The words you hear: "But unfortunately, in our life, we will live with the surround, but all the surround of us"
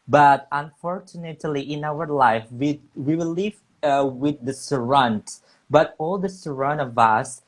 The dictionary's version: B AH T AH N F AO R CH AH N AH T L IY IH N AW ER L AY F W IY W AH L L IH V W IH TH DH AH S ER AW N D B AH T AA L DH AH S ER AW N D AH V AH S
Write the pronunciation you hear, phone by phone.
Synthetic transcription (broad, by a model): B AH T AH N F AO R CH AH N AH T L IY IH N AW ER L AY F W IY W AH W L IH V W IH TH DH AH S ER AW N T B AH T AA L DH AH S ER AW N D AH V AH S